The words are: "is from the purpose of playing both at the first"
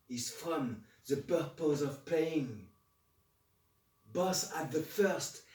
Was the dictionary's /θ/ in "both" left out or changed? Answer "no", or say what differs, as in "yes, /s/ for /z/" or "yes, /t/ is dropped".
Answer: yes, /s/ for /θ/